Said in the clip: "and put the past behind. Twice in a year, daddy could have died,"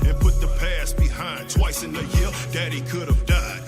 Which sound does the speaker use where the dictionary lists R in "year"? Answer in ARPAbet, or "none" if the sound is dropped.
L